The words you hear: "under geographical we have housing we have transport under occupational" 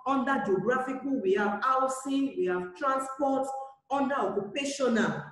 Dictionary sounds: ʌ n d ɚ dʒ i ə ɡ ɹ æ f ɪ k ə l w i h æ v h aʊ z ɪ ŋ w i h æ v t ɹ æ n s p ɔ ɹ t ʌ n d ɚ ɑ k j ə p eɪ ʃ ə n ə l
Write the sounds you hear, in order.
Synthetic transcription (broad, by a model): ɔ n d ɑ dʒ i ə ɡ ɹ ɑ f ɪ k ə w i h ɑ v aʊ s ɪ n w i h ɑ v t ɹ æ n s p ɔ t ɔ n d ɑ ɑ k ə p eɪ ʃ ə n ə